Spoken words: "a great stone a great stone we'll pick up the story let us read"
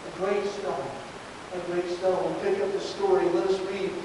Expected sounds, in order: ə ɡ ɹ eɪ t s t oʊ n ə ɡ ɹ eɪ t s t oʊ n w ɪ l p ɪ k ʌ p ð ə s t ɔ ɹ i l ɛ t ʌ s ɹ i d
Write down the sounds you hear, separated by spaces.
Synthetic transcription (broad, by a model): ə ɡ ɹ eɪ t s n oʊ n ə ɡ ɹ eɪ t s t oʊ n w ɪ n p ɪ k ʌ p ð ə s t ɔ ɹ i l ɛ t ʌ s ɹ i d